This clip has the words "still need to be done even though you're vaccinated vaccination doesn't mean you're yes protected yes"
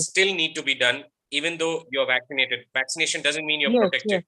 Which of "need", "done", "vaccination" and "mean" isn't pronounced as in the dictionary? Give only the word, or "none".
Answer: none